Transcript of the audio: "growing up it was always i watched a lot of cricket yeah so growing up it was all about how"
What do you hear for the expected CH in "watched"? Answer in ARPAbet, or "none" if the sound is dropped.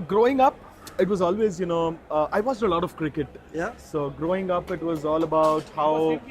S